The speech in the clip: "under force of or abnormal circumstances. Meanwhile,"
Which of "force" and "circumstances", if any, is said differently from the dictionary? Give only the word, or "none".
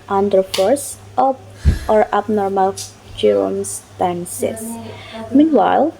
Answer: circumstances